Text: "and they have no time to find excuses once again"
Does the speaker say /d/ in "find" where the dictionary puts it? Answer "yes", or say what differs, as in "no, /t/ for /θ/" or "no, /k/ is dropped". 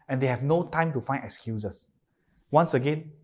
no, /d/ is dropped